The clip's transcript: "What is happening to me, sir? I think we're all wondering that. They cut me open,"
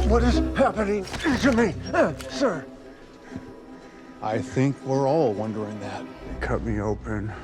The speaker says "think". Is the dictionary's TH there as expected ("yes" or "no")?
yes